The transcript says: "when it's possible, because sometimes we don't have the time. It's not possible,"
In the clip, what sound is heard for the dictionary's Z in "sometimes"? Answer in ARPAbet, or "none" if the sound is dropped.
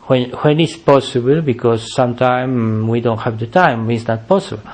none